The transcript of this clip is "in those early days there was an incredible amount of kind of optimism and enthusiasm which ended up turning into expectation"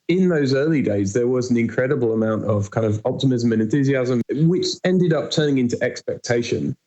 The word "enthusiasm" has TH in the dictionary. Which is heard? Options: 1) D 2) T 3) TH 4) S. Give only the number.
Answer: 3